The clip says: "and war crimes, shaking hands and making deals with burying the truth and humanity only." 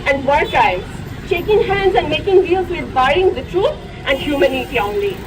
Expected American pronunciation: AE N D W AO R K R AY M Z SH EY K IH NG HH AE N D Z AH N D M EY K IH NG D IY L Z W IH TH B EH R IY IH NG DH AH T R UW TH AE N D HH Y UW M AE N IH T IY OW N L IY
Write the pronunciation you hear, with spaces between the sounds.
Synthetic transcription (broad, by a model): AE N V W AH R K AY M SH EY K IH NG HH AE N D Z AH N D M EY K IH NG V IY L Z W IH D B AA IY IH NG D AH T R UW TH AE N D HH Y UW M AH N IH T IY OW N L IY